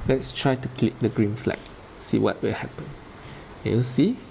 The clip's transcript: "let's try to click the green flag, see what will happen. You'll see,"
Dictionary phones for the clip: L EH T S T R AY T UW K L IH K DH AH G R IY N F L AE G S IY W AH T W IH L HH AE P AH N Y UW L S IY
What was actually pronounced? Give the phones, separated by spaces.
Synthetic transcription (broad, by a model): L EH T S T R AY T UW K L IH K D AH G R IY N F L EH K S IY W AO T W IH L HH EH P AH N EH W S IY